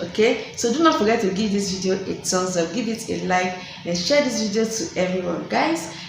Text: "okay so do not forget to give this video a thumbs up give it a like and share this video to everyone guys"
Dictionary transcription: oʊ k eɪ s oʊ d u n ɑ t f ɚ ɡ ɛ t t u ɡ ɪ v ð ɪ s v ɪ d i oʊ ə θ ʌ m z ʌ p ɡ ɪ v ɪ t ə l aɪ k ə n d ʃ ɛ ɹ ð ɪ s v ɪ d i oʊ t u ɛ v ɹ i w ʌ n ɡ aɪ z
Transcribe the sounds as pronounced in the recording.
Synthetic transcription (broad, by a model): oʊ k eɪ s oʊ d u n ɑ t f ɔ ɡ ɛ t t u ɡ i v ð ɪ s v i d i oʊ ə t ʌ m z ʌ f ɡ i v ɪ t ə l aɪ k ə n ʃ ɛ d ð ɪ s v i d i oʊ t u ɛ v ɹ i w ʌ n ɡ aɪ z